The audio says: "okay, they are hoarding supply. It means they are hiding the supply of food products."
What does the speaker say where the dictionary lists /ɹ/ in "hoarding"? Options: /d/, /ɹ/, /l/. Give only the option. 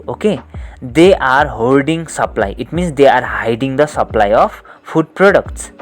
/l/